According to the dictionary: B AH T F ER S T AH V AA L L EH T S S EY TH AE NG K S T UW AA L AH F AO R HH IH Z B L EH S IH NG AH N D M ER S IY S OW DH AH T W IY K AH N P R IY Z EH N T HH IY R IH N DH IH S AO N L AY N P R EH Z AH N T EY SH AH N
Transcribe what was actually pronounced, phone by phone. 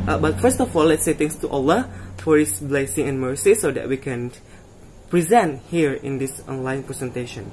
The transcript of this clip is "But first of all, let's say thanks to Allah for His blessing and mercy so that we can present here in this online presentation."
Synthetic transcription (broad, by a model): B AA T F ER S T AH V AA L L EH T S S EY T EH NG S T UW AA L AH F AO R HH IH S B L EH S IH NG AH N M ER S IY S OW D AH T W IY K AH N P R IY Z EH N T HH IY R IH N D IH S AO N L AY N P R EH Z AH N T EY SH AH N